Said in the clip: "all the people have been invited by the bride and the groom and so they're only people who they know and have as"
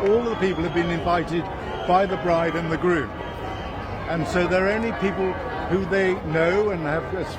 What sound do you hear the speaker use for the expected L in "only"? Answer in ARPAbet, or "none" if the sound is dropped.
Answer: none